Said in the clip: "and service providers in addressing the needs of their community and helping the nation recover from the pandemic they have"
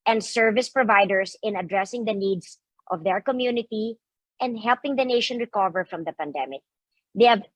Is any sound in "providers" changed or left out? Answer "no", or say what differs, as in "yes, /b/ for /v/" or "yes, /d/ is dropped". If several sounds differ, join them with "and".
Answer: yes, /s/ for /z/